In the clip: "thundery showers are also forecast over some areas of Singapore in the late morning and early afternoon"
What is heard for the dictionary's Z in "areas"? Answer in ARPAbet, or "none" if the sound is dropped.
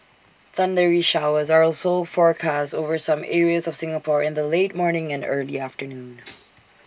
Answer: Z